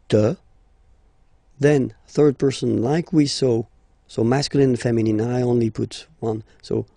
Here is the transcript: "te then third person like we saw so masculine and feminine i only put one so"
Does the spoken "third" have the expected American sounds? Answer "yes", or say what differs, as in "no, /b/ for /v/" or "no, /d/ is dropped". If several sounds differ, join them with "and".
yes